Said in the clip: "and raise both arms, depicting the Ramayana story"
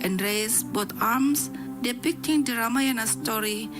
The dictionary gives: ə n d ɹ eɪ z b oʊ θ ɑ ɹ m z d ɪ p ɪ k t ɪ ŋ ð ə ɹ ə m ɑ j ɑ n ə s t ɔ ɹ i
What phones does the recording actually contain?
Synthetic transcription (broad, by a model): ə n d ɹ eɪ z b oʊ t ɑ ɹ m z d ɪ p ɪ k t ɪ ŋ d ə ɹ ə m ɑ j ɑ n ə s t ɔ ɹ i